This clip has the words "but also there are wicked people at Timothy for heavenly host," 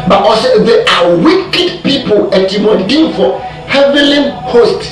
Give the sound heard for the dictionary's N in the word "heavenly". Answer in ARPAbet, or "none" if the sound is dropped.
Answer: none